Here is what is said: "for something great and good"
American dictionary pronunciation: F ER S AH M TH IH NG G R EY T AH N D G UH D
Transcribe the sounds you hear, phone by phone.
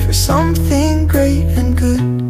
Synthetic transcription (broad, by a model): F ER S AH M TH IH NG G R EY T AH N G UH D